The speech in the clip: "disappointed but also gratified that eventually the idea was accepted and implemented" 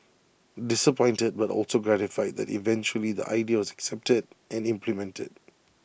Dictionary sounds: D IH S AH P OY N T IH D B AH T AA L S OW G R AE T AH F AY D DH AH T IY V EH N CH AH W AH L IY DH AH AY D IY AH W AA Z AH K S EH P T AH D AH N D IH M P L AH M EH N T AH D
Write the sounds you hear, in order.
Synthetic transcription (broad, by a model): D IH S AH P OY N T IH D B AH T AA L S OW G R AE T AH F AY D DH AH T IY V EH N CH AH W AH L IY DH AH AY D IY AH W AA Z AH K S EH P T AH D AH N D IH M P L AH M EH N T AH D